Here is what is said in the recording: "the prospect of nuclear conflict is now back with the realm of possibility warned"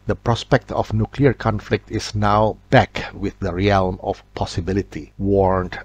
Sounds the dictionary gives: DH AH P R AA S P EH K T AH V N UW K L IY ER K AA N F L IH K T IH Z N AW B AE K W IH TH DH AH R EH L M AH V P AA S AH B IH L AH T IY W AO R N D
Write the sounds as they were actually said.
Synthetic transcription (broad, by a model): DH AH P R AA S P EH K T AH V N UW K L IY ER K AA N F L IH K T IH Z N AW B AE K W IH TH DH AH R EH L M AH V P AA S AH B IH L AH T IY W AO R N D